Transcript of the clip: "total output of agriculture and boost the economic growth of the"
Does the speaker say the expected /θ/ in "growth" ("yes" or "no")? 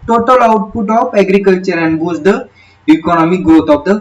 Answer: no